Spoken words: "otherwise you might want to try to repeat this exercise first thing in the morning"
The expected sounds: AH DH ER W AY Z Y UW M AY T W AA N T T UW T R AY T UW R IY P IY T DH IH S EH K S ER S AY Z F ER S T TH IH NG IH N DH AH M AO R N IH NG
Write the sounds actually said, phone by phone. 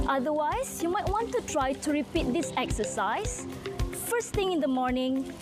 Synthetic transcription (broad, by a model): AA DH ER W AY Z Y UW M AY T W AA N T T UW T R AY T UW R IY P IY T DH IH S EH K S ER S AY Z F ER S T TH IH NG IH N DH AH M AO R N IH NG